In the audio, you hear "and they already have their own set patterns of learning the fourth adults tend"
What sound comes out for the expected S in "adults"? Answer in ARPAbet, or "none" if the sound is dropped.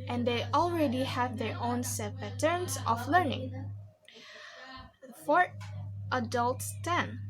S